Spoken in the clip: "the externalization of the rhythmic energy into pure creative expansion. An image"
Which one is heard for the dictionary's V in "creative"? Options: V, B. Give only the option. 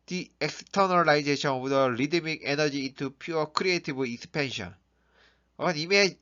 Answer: B